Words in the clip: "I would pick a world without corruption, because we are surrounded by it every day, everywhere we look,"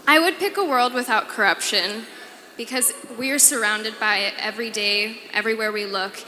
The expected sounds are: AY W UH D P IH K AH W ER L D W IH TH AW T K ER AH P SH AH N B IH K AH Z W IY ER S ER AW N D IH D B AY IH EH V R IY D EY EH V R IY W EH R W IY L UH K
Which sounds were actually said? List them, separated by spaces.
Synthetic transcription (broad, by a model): AY W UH D P IH K AH W ER L D W IH TH AW T K ER AH P SH AH N B IH K AH Z W IY ER S ER AW N D IH D B AY IH EH V R IY D EY EH V R IY W EH R W IY L UH K